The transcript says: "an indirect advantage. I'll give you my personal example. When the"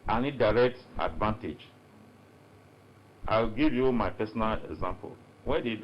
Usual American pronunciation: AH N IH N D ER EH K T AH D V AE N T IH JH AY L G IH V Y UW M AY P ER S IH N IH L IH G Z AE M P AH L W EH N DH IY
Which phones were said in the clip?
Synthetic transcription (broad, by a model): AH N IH D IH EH K T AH D V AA N T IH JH AY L G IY V Y UW M AY P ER S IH N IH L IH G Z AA M P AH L W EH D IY